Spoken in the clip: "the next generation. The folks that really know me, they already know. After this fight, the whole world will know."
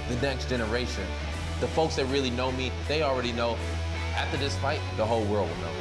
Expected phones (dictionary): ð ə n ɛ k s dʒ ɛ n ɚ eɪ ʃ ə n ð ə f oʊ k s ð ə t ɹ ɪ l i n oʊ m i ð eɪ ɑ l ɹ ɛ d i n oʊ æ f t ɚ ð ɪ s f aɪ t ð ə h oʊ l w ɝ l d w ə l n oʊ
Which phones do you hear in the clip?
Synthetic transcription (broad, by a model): ð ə n ɛ k s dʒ ɛ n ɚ eɪ ʃ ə n ð ə f oʊ k s ð ə t ɹ ɪ l i n oʊ m i ð eɪ ɑ l ɹ ɛ d i n oʊ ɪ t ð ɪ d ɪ s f aɪ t ð ə h oʊ l w ɝ l d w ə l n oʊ